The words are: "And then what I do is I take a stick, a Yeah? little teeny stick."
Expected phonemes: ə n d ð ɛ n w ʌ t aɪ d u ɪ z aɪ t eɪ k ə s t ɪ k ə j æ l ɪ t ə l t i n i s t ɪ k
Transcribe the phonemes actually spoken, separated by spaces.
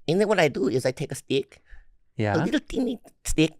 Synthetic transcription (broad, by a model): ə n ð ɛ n w ʌ t aɪ d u ɪ z aɪ t eɪ k ə s t ɪ k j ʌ l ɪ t l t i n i s t ɪ k